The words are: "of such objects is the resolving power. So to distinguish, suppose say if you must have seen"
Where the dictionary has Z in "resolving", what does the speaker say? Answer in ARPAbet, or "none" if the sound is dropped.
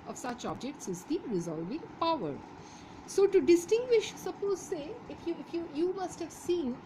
Z